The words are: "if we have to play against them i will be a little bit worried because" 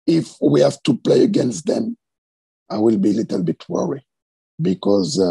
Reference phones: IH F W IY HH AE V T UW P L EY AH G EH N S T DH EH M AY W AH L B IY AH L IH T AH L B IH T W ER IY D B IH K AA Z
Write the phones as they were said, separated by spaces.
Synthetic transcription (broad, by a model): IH F W IY HH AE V T UW P L EY AH G EH N S T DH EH M AY W AH L B IY AH L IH T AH L B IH T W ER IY B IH K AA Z